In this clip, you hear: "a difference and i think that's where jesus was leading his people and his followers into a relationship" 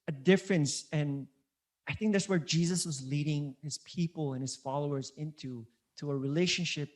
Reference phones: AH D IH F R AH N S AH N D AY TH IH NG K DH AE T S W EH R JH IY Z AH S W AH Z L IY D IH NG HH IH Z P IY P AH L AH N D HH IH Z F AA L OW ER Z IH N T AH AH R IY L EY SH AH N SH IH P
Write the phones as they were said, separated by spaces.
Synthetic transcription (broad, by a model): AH D IH F R AH N S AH N AY TH IH NG K DH AE T S W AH R JH IY Z AH S W AH Z L IY D IH NG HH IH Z P IY P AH L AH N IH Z F AA L OW ER Z IH N T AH AH R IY L EY SH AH N SH IH P